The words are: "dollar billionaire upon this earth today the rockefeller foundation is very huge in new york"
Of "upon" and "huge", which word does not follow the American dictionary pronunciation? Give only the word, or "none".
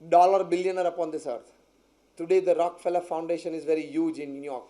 none